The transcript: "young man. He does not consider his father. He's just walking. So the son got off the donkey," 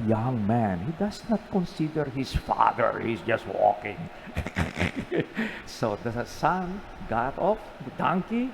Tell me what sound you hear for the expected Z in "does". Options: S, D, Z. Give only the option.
S